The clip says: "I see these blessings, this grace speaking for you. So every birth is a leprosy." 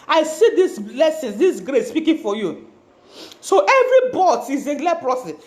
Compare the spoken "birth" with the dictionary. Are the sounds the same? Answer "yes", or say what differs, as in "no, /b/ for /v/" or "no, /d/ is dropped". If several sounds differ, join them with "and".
no, /t/ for /θ/